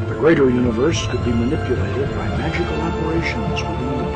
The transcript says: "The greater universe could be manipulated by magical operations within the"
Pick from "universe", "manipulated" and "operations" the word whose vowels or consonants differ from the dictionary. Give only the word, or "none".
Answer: none